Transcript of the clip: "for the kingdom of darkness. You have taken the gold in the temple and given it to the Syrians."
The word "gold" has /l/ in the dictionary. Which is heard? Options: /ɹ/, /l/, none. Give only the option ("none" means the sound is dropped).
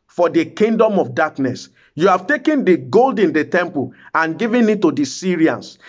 /l/